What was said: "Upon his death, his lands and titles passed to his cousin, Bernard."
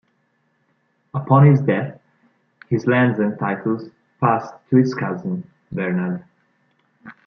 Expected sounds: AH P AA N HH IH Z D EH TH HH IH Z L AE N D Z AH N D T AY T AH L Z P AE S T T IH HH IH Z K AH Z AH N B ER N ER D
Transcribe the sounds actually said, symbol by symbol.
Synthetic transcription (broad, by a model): AH P AA N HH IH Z D EH TH HH IH Z L AE N D Z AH N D T AY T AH L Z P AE S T T IH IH S K AH Z AH N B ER N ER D